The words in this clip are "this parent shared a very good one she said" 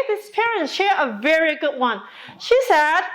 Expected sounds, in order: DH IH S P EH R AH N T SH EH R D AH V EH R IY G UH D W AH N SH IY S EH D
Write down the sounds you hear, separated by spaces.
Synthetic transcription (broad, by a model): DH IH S P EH R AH N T SH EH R AH V EH R IY G UH D W AH N SH IY S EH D